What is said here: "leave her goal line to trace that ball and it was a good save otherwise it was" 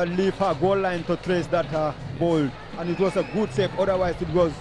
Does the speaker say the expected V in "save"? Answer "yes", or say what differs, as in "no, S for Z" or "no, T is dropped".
no, P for V